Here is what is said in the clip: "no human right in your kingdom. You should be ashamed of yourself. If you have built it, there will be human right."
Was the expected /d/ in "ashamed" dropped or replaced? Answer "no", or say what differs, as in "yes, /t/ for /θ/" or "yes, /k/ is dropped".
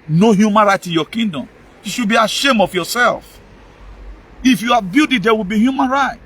yes, /d/ is dropped